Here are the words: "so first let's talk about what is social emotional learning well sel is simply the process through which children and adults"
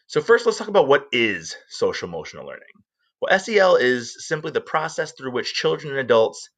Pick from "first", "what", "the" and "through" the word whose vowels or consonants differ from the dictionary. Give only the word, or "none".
none